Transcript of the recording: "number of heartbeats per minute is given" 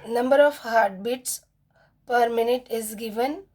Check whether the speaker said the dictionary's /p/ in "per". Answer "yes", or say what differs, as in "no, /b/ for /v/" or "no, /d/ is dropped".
yes